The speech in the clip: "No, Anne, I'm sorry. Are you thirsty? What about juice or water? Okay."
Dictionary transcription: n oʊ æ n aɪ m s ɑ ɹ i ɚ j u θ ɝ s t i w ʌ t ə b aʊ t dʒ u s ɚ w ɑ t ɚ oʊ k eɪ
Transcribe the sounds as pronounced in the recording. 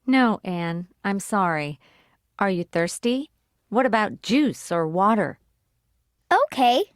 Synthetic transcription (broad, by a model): n oʊ æ n aɪ m s ɑ ɹ i ɚ j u θ ɝ s t i w ʌ t ə b aʊ t dʒ u s ɚ w ɑ t ɚ oʊ k eɪ